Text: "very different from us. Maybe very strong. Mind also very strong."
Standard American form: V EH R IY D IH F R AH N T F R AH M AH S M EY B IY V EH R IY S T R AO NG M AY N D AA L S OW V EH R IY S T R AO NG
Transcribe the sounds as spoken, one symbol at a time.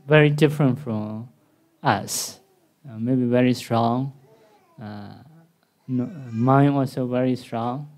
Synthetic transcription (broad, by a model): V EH R IY D IH F R AH N T F R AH M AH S M EY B IY V EH R IY S T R AO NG M AY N AA L S OW V EH R IY S T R AO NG